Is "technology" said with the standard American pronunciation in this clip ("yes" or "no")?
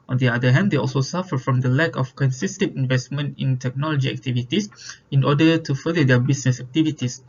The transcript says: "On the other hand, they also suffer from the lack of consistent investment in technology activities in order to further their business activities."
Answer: yes